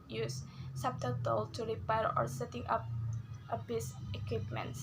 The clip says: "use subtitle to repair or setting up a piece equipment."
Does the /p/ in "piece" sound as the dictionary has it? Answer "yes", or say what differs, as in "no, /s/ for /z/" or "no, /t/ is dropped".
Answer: no, /b/ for /p/